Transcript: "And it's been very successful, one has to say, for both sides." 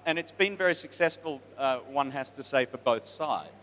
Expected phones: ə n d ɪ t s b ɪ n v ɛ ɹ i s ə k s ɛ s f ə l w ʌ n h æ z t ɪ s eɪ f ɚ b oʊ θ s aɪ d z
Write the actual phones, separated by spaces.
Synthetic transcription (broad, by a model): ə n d ɪ t s b ɪ n v ɛ ɹ i s ə k s ɛ s f ə l w ʌ n h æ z t ɪ s eɪ f ɚ b oʊ θ s aɪ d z